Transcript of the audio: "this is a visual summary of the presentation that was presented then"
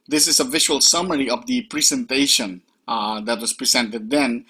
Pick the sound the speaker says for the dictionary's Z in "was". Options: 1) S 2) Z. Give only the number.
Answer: 1